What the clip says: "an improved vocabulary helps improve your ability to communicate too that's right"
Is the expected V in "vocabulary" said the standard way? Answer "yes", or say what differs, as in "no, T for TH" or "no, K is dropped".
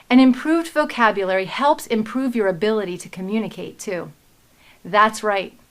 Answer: yes